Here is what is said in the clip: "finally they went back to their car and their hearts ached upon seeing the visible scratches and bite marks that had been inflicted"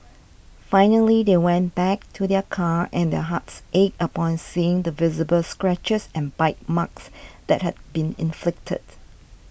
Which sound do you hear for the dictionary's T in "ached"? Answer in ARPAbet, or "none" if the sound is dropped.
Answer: none